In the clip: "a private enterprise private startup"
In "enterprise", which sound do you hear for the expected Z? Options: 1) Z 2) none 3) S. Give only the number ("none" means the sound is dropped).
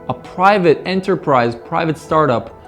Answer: 1